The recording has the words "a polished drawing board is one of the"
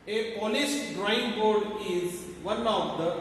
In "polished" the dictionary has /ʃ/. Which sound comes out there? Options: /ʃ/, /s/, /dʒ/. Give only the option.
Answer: /s/